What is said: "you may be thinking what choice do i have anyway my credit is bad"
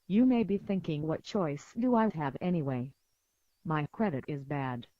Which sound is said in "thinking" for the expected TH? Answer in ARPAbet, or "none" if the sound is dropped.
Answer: TH